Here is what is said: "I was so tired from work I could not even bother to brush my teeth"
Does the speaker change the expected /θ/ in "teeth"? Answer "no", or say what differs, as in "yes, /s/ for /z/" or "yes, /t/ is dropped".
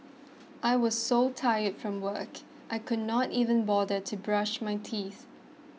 no